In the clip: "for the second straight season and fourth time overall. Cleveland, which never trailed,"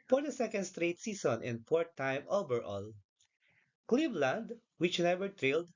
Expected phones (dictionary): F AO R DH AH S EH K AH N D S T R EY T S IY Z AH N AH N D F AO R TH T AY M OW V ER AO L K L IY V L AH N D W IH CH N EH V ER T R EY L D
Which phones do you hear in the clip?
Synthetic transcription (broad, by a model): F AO R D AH S EH K AH N D S T R EY T S IY S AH N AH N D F AO R T AY M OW B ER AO L K L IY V L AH N D W IH CH N EH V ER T R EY L D